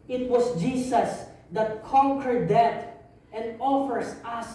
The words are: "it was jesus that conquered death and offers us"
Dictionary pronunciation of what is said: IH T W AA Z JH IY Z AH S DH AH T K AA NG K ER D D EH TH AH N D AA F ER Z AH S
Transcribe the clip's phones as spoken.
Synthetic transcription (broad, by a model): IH T W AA S JH IY S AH S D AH T K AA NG K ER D D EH T AH N D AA F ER S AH S